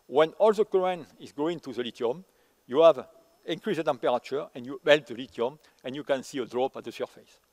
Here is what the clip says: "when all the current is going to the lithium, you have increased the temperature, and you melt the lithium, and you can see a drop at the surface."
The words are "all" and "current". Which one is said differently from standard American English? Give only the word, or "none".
current